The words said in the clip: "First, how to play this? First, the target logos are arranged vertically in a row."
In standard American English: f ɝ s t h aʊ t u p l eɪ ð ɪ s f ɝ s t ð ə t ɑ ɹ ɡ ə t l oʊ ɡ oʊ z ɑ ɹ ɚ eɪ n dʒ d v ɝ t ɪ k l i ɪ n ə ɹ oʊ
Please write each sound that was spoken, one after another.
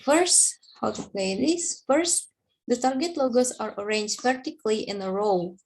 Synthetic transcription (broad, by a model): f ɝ s t h aʊ t u p l eɪ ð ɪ s f ɝ s t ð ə t ɑ ɹ ɡ ə t l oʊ ɡ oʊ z ɑ ɹ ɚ eɪ n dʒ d p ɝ t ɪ k l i ɪ n ə ɹ oʊ